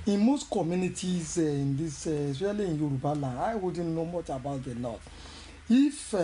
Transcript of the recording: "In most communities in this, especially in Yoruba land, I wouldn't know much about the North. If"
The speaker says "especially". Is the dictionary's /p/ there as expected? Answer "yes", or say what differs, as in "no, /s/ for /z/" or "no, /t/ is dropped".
no, /p/ is dropped